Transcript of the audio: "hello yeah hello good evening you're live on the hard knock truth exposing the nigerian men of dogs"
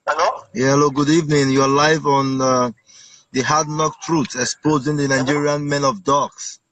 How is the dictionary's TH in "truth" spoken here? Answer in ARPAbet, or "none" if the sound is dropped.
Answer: S